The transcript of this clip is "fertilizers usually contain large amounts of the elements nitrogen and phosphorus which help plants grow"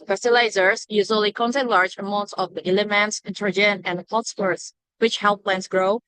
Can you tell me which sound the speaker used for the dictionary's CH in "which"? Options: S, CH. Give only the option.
CH